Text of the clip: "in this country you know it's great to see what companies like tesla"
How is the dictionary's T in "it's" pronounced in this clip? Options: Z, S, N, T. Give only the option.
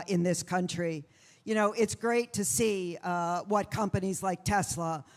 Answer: T